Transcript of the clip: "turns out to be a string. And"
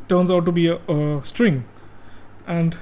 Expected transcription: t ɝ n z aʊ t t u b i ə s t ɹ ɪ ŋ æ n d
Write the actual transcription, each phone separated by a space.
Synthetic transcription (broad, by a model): t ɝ n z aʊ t t u b i ə s t ɹ ɪ ŋ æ n d